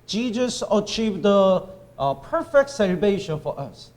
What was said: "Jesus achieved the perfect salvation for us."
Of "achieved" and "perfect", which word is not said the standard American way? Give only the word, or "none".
none